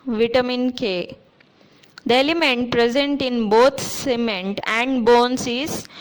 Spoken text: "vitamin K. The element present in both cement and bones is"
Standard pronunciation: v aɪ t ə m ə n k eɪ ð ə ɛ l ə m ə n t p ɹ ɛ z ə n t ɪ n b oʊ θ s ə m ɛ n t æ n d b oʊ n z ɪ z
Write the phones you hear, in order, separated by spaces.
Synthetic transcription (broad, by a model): v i t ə m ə n k eɪ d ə ɛ l ə m ə n t p ɹ ɛ z ə n t ɪ n b oʊ t s ə m ɛ n t æ n d b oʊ n s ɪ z